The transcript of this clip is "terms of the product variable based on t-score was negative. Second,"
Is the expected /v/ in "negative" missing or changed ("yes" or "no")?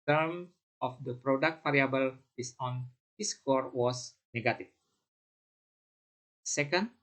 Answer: yes